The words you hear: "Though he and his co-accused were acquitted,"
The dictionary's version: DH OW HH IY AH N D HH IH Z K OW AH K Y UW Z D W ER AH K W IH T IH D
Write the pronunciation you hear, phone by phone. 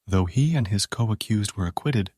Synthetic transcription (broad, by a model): DH OW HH IY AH N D IH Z K OW AH K Y UW Z D W ER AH K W IH T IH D